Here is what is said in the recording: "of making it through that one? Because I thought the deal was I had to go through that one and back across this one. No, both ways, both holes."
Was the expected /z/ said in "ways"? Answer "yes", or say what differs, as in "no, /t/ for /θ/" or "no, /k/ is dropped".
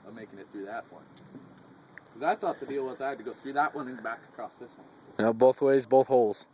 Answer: yes